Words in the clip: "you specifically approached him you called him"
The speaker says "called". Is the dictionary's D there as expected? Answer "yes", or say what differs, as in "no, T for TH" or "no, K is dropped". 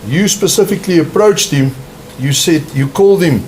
yes